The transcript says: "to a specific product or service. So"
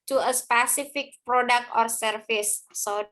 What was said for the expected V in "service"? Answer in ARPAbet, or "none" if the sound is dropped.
F